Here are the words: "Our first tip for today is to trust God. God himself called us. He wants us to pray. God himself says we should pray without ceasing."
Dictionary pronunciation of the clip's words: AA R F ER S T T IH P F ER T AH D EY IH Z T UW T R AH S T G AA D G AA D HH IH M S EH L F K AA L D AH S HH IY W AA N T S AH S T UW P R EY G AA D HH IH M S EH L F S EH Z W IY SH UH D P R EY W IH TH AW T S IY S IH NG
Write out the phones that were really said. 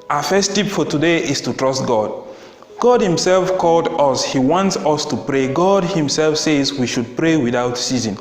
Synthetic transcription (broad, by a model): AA F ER S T T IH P F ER T AH D EY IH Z T UW T R AH S T G AA D G AA D HH IH M S EH L F K AA L D AH S HH IY W AA N T S AH S T UW P R EY G AA D HH IH M S EH L F S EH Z W IY SH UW D P R EY W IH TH AW T S IY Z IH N